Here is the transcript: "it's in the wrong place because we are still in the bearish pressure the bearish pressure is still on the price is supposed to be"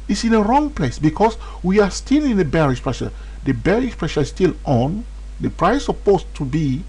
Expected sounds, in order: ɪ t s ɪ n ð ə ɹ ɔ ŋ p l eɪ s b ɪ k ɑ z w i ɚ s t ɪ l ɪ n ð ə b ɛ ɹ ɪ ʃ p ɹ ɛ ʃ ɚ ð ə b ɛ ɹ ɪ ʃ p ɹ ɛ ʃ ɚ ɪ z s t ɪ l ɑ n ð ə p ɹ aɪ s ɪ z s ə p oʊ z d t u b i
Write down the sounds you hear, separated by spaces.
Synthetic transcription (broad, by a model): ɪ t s ɪ n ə ɹ ɔ ŋ p l eɪ s b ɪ k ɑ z w i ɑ s t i l ɪ n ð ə b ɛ ɹ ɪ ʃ p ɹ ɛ ʃ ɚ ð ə b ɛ ɹ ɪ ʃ p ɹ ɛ ʃ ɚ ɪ s t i l ɑ n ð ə p ɹ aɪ ɪ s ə p oʊ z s t u b i